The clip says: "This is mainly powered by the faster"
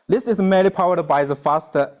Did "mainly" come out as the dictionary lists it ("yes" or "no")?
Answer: no